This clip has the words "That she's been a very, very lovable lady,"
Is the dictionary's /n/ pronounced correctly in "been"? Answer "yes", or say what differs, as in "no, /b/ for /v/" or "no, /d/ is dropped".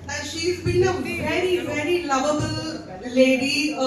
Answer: no, /l/ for /n/